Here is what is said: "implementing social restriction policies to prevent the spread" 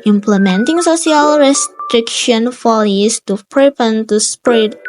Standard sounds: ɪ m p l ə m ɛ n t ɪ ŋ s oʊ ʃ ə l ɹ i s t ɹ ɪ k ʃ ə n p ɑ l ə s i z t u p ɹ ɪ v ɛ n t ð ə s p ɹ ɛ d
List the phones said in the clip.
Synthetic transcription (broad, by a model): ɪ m p l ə m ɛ n t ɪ ŋ s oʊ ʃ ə l ɹ i s t ɹ ɪ k ʃ ə n f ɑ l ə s t u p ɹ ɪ p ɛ n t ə s p ɹ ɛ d